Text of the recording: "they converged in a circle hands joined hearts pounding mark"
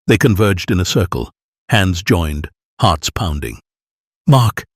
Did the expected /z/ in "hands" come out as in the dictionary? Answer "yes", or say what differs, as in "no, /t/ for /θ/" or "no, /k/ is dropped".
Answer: yes